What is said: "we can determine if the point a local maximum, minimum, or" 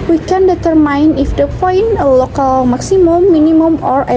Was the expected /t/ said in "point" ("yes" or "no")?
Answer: no